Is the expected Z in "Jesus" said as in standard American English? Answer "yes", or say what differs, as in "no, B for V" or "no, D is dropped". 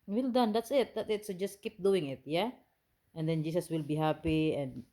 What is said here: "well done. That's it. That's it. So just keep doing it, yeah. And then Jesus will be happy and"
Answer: no, S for Z